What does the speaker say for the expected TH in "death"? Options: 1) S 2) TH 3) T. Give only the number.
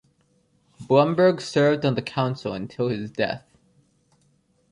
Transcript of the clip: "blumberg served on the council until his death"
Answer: 2